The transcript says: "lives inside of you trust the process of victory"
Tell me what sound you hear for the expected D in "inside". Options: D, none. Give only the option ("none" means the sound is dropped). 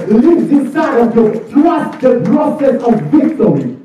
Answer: none